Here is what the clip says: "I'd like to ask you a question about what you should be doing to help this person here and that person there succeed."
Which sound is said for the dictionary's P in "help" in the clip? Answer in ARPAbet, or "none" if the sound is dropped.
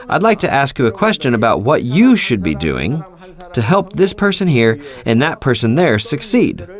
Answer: P